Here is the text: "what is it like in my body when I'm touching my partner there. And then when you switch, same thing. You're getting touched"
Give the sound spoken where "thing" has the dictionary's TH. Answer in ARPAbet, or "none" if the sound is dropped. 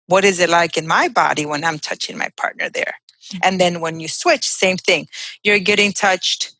TH